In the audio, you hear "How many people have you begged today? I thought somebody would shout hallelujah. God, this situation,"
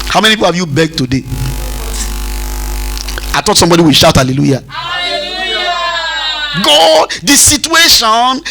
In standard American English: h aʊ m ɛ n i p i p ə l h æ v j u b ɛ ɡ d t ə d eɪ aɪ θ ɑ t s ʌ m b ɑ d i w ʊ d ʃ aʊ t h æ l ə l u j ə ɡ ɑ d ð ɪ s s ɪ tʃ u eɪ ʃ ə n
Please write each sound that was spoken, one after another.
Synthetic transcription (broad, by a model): h aʊ m ɛ n i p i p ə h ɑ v j u b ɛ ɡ t ə d eɪ aɪ t ɑ t s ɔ m b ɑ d i w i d ʃ aʊ t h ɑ l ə l u j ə ɡ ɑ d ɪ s s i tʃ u eɪ ʃ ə n